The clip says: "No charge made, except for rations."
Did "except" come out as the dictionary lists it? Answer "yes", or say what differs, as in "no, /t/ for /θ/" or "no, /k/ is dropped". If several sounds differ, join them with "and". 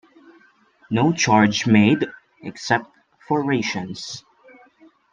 yes